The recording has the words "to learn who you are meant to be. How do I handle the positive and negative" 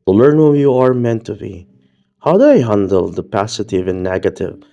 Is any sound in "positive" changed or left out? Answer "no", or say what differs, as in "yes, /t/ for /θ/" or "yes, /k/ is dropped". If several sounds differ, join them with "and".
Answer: yes, /s/ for /z/